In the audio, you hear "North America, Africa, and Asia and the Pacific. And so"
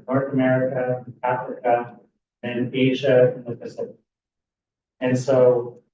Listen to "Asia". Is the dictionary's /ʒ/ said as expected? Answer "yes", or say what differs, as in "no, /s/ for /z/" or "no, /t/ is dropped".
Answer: yes